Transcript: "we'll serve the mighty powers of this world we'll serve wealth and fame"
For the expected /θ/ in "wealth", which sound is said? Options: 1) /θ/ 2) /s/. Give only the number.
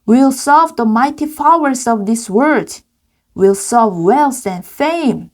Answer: 2